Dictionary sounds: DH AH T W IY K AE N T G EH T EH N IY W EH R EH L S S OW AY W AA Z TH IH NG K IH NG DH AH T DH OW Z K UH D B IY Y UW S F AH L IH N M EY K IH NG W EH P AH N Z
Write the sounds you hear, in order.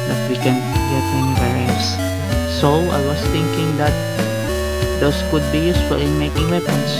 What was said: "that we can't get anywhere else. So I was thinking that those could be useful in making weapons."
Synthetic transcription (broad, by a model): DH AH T W IY K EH N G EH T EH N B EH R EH S S OW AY W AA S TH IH NG K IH NG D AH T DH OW S K UH D B IY Y UW S F AH L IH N M EY K IH NG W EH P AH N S